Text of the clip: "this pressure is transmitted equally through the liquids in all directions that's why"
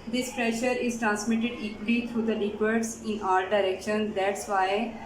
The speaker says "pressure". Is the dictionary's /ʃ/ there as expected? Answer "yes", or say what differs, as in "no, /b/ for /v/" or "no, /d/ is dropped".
yes